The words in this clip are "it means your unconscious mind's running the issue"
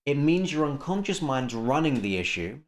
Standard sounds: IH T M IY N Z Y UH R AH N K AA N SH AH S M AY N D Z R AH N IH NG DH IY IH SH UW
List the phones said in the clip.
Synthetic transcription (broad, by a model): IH T M IY N Z Y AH R AH N K AA N SH AH S M AY N D Z R AH N IH NG DH IY IH SH UW